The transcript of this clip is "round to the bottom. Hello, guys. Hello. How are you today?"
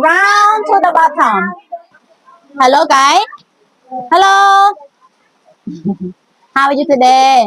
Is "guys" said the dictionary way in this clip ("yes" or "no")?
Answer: no